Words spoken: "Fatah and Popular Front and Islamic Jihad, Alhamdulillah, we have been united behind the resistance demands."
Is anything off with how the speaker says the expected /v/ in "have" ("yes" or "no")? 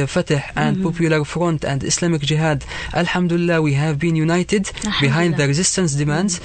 no